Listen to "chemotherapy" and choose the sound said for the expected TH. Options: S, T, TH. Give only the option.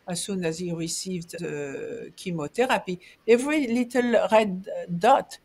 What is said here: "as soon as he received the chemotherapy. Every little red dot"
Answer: T